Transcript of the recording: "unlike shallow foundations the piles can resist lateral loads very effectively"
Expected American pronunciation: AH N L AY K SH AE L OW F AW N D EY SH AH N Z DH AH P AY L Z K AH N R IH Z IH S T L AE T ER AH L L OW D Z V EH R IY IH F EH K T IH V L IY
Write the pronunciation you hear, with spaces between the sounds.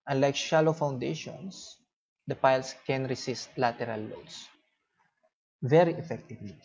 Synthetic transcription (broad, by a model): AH N L AY K SH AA L OW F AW N D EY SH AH N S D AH P AY L S K AH N R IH S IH S T L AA T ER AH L L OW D S V EH R IY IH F EH K T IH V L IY